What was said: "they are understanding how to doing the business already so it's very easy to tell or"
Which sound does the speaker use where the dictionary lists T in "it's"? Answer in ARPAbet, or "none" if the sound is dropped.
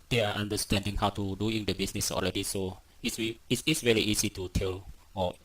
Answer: S